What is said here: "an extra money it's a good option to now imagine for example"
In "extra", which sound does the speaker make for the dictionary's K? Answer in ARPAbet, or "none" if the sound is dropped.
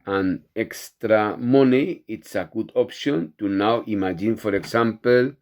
K